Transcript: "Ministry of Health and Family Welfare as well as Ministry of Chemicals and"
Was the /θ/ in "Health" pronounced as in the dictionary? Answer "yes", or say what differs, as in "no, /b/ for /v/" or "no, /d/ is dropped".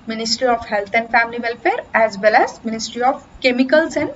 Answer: no, /t/ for /θ/